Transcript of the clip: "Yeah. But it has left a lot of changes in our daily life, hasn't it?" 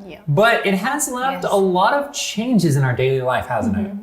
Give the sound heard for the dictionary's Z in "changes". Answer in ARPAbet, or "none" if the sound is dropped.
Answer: Z